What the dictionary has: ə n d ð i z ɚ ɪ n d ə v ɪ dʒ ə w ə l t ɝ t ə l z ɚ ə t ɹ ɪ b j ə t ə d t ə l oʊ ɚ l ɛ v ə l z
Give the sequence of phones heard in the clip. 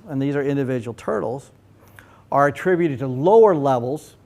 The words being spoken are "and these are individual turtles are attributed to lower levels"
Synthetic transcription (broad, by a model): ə n ð i z ɚ ɪ n d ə v ɪ dʒ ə w l t ɝ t l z ɚ ə t ɹ ɪ b j ə t ə d t ə l oʊ ɚ l ɛ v l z